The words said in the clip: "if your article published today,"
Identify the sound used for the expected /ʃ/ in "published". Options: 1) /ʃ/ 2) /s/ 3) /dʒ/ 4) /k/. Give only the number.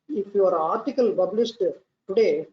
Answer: 2